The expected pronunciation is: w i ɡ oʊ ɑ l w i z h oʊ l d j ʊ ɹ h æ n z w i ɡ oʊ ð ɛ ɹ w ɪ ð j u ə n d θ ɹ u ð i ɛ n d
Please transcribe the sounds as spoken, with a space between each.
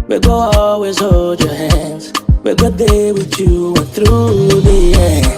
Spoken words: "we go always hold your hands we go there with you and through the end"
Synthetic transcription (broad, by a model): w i ɡ oʊ ɑ l w i z h oʊ l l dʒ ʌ ɹ h æ n z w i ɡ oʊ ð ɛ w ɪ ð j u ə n θ ɹ u ð i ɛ